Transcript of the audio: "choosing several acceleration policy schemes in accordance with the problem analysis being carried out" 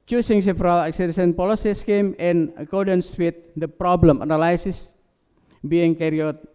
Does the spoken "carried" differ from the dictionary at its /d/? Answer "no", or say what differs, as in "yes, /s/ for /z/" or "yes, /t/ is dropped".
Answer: yes, /d/ is dropped